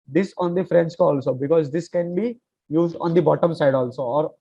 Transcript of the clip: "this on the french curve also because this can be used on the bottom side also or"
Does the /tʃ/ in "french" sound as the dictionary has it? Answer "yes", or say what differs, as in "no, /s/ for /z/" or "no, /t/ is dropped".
no, /s/ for /tʃ/